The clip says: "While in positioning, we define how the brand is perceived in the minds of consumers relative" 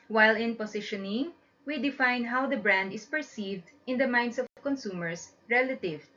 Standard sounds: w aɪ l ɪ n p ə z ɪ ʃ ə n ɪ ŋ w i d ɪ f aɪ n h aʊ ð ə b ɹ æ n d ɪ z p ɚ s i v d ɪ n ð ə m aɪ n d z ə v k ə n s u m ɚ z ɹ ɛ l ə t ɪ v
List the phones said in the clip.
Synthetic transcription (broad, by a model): w aɪ l ɪ n p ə s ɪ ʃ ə n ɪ ŋ w i d ɪ f aɪ n h aʊ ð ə b ɹ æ n d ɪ s p ɚ s i v d ɪ n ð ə m aɪ n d s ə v k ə n s u m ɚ s ɹ ɛ l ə t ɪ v